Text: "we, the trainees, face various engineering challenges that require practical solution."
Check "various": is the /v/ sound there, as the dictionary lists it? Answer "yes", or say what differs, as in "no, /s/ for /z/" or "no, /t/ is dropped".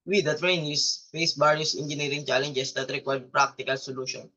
no, /b/ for /v/